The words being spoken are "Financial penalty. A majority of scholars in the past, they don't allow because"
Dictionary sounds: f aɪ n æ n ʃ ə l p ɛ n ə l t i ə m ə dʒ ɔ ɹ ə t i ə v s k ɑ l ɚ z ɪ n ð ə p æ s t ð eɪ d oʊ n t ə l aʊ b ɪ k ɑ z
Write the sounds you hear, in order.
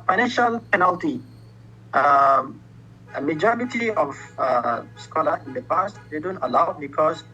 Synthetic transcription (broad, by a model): f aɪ n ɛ n ʃ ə l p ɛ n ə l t i ə m ə dʒ ɔ ɹ ə t i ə f s k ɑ l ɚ ɪ n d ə p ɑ s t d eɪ d oʊ n t ə l aʊ b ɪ k ɑ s